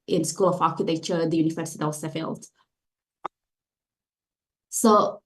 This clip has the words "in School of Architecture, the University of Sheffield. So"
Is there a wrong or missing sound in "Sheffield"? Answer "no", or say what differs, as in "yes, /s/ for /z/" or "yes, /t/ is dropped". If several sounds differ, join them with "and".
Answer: yes, /s/ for /ʃ/